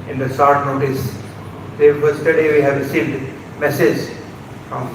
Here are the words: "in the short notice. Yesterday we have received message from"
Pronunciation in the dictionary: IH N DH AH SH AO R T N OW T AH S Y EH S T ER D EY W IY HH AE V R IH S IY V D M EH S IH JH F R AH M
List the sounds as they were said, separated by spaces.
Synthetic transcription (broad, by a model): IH N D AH S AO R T N OW T AH S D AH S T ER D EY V IY HH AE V R IH S IY V D M EH S IH JH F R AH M